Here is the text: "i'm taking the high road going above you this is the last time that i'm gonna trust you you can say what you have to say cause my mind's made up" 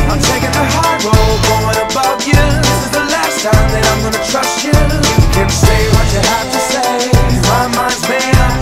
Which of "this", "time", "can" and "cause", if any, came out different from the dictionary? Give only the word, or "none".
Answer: cause